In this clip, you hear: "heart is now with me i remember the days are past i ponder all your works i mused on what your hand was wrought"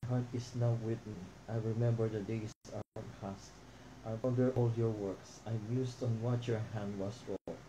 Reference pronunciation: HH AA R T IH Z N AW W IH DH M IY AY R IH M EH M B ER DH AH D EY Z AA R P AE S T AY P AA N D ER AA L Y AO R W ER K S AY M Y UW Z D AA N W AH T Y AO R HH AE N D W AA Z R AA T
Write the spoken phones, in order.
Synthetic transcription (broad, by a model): HH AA R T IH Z N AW W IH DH M IY AY R IH M EH M B ER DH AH D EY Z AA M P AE S T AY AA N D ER AA L Y AO R W ER K S AY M Y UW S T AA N W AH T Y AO R HH AE N D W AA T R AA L